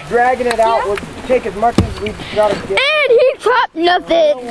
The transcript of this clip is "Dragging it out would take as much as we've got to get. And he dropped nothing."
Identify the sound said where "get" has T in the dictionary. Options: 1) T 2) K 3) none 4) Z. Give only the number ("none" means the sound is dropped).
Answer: 3